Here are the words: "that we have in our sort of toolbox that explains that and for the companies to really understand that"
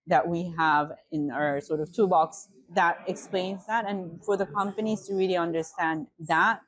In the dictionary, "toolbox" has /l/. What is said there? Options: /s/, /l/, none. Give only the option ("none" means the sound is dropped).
none